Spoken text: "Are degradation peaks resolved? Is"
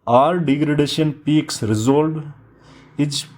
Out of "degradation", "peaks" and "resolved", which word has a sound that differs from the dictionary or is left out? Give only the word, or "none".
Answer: resolved